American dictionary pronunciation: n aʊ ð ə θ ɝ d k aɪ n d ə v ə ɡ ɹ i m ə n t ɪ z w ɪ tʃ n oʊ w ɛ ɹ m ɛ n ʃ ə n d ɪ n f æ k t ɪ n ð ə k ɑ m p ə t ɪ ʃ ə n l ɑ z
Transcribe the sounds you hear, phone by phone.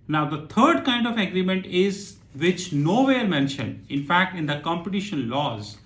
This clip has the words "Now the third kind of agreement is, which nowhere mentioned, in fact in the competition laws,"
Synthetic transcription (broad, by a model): n aʊ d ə t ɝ d k aɪ n d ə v ə ɡ ɹ i m ə n t ɪ z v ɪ tʃ n oʊ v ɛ ɹ m ɛ n ʃ ə n d ɪ n f æ k t ɪ n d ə k ɑ m p ə t ɪ ʃ ə n l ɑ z